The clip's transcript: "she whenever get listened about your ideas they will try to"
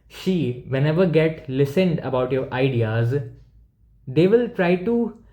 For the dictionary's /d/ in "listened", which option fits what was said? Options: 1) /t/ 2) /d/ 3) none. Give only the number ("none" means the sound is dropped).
2